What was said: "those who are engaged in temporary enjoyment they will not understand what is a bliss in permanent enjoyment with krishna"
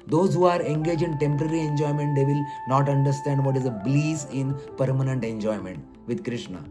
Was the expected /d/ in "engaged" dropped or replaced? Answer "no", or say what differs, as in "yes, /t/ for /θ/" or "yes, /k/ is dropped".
yes, /d/ is dropped